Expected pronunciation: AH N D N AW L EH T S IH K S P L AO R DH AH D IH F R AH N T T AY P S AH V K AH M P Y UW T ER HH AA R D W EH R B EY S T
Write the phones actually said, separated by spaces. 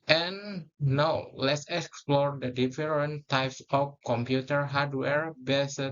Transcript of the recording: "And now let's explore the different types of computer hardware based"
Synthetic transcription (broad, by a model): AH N N AW L EH T S IH K S P L AO R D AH D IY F R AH N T T AY P S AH F K AH M P Y UW T ER HH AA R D W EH R B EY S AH